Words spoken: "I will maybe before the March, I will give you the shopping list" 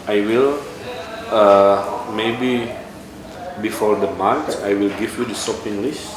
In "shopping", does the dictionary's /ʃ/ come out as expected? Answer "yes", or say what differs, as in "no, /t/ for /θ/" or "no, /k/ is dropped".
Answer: no, /s/ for /ʃ/